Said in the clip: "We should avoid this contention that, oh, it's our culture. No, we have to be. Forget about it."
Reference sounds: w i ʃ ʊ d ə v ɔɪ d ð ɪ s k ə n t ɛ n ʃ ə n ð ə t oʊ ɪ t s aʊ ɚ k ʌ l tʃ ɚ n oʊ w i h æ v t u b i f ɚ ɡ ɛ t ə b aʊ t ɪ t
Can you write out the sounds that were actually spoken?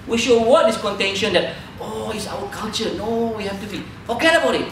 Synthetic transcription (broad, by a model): w i ʃ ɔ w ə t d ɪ s k ə n t ɛ n ʃ ə n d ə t oʊ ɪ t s aʊ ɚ k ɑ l tʃ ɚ n oʊ w i h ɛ f t u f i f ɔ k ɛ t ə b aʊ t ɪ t